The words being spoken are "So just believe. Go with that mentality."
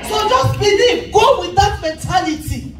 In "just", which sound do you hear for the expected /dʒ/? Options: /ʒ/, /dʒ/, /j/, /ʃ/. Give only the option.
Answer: /dʒ/